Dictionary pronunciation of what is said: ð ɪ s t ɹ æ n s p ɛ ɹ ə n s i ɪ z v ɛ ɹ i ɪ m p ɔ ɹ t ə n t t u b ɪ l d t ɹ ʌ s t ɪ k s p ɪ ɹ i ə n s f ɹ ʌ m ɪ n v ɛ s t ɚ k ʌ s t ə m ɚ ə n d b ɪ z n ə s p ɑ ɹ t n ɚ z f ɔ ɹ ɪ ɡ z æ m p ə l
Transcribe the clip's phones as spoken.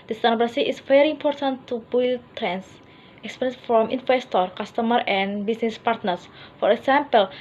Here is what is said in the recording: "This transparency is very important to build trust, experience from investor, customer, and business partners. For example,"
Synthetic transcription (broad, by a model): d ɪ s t æ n p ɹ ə s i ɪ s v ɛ ɹ i m p ɔ ɹ t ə n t t u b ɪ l t ɹ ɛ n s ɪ k s p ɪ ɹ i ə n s f ɹ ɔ m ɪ n f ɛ s t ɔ k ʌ s t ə m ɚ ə n b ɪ s n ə s p ɑ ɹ t n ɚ s f ɔ ɹ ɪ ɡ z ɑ m p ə l